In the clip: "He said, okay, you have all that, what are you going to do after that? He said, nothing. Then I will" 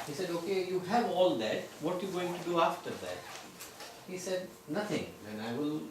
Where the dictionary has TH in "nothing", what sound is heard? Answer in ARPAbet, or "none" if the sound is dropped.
T